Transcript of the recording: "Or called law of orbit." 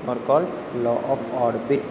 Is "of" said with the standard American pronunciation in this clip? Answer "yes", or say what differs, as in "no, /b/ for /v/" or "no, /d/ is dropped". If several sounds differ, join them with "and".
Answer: no, /p/ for /v/